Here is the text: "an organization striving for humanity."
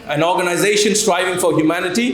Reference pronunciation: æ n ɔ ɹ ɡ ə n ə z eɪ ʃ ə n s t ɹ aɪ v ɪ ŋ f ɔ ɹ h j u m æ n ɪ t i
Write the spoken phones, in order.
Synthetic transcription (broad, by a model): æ n ɔ ɹ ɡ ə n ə z eɪ ʃ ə n s t ɹ aɪ v ɪ ŋ f ɔ ɹ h j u m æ n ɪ t i